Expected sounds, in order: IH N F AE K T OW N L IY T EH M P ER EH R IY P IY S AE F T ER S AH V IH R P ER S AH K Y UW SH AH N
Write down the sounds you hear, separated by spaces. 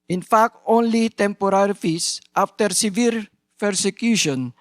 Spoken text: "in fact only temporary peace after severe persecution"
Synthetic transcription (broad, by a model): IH N F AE K T OW N L IY T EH M P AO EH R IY F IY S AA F T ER S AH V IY R P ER S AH K Y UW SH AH N